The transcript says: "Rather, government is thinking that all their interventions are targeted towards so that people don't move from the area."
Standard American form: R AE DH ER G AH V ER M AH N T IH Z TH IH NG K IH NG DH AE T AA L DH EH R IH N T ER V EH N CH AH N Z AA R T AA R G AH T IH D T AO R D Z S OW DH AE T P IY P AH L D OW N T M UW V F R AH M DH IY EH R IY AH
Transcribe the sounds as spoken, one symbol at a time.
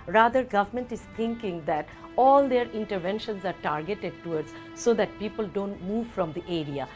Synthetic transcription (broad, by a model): R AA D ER G AH V ER M AH N T IH Z T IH NG K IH NG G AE T AA L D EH R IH N T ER V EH N SH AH N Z AA R T AA R G AH T IH D T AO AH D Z S OW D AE T P IY P AH L D OW N T M UW V F R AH M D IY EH R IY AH